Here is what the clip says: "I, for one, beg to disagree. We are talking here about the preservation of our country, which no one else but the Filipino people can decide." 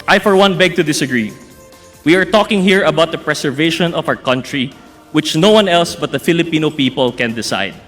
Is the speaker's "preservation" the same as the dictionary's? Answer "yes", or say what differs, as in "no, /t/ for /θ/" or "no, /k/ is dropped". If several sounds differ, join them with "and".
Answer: no, /s/ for /z/